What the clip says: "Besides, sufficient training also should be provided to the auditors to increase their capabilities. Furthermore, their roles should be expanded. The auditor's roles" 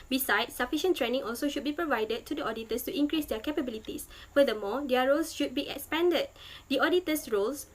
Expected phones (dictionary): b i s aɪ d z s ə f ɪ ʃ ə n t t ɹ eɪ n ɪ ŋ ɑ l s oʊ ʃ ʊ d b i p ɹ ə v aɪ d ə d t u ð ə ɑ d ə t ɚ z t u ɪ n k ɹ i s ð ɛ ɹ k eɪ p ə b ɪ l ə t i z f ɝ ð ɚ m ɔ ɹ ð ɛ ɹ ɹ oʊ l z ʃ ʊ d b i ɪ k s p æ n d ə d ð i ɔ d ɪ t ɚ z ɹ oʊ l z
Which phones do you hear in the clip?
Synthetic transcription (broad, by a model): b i s aɪ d s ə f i ʃ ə n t t ɹ eɪ n ɪ ŋ ɑ l s oʊ ʃ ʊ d b i p ɹ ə v aɪ d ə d t u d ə ɑ d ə t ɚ s t u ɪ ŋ k ɹ i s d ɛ k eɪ p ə b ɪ l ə t i s f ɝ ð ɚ m ɔ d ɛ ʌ ɹ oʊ l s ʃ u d b i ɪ k s p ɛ n d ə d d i ɔ d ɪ t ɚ s ɹ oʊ l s